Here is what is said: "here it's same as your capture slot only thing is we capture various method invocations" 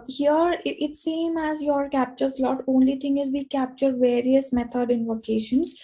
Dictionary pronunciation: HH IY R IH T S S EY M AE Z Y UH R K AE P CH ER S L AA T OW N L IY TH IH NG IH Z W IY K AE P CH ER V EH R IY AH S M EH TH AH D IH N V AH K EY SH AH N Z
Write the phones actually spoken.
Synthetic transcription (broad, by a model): HH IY R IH T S S EY M AE Z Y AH R K AE P CH ER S L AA T OW N L IY T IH NG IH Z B IY K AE P CH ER V EH R IY AH S M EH T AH D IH N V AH K EY SH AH N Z